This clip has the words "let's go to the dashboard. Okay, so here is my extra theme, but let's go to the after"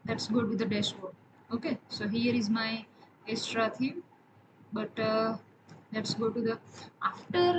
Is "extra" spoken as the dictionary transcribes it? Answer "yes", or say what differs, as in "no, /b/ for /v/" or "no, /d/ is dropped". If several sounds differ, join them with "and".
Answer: no, /k/ is dropped